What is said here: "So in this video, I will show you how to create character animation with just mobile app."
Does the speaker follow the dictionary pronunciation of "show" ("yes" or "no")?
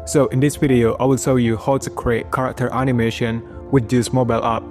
no